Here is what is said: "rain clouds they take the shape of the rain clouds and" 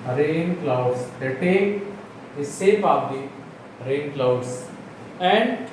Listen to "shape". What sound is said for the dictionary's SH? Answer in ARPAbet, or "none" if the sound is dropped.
S